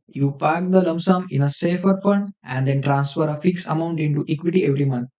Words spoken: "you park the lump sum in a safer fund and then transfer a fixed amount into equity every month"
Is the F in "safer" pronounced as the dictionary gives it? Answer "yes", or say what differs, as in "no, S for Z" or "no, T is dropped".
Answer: yes